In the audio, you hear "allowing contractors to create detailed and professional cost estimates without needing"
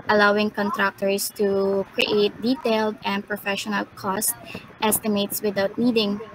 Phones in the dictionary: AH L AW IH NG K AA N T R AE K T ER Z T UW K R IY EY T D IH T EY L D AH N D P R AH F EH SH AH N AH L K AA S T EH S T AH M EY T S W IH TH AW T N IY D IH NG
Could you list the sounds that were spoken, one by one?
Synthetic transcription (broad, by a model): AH L AW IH NG K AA N T R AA K T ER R T UW K R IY EY T D IH T EY L D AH N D P R AH F EH SH AH N AH L K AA S T EH S T AH M EY T S W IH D AW T N IY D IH NG